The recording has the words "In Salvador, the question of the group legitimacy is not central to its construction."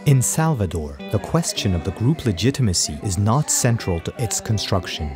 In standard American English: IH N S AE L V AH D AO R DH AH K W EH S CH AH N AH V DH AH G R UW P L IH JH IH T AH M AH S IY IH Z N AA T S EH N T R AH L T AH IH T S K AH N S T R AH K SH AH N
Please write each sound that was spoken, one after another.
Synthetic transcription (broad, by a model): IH N S AE L V AH D AO R DH AH K W EH S CH AH N AH V DH AH G R UW P L IH JH IH T AH M AH S IY IH Z N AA T S EH N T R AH L T AH IH T S K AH N S T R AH K SH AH N